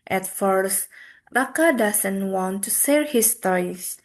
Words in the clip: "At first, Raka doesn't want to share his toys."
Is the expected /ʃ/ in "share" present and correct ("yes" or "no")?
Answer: no